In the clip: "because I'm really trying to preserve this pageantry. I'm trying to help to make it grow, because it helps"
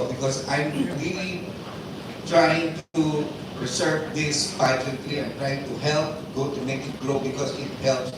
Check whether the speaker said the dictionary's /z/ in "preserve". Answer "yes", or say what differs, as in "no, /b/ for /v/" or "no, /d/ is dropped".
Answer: no, /s/ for /z/